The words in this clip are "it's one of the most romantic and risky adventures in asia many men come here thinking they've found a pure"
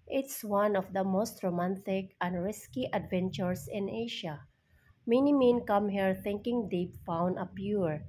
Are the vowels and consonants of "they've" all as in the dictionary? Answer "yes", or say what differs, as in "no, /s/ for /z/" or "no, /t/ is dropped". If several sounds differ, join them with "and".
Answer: no, /p/ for /v/